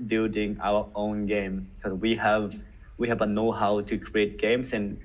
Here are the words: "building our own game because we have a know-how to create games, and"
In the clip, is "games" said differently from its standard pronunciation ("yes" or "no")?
yes